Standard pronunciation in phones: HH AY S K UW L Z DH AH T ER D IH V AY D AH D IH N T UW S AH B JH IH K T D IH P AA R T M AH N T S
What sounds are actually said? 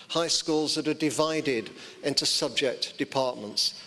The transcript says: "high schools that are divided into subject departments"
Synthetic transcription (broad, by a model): HH AY S K UW L Z DH AH T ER D IH V AY D AH D IH N T UW S AH B JH IH K T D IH P AA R T M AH N T S